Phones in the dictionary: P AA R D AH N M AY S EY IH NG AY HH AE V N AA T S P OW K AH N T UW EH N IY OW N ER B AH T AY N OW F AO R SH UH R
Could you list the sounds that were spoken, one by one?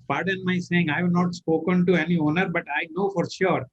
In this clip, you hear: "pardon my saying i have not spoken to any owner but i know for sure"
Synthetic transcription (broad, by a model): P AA R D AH N M AY S EY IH NG AY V N AA T S P OW K AH N T UW EH N IY OW N ER B AH T AY N OW F AO R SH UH R